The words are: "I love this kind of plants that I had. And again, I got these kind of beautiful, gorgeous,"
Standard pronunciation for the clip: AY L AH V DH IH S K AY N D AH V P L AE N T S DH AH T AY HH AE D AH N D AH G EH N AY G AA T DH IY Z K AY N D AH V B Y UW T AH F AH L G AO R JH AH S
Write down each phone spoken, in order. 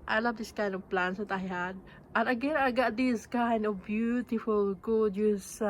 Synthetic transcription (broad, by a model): AY L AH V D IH S K AY N D AH V P L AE N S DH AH T AY HH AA D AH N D AH G EH N AY G AA T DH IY S K AY N D AH V B Y UW T AH F AH L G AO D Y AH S